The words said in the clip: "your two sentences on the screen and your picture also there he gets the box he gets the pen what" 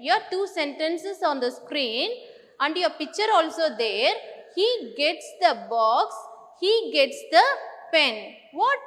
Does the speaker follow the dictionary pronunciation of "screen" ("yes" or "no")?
yes